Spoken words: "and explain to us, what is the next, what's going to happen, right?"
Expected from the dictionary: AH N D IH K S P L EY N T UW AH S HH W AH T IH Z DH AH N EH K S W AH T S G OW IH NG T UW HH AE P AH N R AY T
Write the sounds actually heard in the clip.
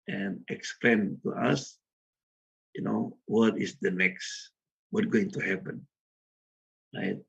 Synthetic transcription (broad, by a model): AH N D IH K S P L EY N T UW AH S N W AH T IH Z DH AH N EH K S W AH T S G OW IH NG T UW HH AE P AH N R AY T